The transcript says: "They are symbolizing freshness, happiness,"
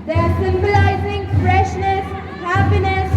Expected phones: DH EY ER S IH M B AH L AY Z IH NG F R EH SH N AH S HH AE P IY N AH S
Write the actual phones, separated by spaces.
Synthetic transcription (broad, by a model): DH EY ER S IH M B AH L AY Z IH NG F R EH SH N AH S HH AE P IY N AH S